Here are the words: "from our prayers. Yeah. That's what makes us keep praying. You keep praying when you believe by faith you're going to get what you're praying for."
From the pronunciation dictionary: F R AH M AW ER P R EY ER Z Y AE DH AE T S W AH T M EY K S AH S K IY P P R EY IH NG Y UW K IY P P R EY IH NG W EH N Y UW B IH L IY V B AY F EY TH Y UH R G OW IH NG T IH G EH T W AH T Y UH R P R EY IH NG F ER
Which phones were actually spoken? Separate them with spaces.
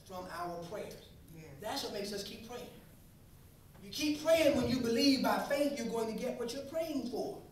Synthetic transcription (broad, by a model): F R AH M AW ER P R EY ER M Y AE DH AE T S W AH T M EY K S AH S K IY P P R EY IH NG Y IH K IY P P R EY IH NG W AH N Y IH B IH L IY V B AY F EY TH Y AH R G OW IH NG T IH G EH T W AH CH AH R P R EY IH NG F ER